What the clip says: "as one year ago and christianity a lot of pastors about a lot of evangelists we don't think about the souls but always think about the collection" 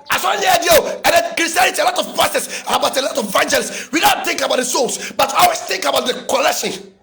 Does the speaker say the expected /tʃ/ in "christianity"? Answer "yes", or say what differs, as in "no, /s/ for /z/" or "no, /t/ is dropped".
no, /tʃ/ is dropped